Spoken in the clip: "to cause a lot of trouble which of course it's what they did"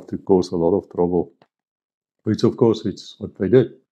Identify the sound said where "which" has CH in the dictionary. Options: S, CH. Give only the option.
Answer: S